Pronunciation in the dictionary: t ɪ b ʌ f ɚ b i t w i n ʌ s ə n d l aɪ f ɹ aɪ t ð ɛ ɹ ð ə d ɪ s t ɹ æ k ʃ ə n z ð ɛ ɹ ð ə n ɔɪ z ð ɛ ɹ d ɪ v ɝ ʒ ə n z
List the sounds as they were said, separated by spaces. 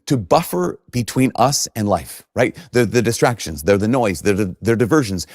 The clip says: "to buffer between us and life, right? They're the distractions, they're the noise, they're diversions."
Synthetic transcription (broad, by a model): t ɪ b ʌ f ɚ b i t w i n ʌ s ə n l aɪ f ɹ aɪ t ð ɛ ɹ ð ə d ɪ s t ɹ æ k ʃ ə n z ð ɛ ɹ ð ə n ɔɪ z ð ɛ ɹ d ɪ v ɝ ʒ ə n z